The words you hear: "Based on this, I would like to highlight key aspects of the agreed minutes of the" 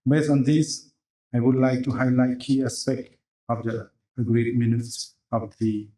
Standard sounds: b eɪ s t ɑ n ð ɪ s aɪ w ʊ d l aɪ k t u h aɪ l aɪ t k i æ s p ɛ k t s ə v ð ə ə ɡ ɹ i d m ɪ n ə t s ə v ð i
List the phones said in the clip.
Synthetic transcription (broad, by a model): b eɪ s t ɑ n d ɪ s aɪ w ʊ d l aɪ k t u h aɪ l aɪ t k i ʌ s ɛ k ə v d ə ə ɡ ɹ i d m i n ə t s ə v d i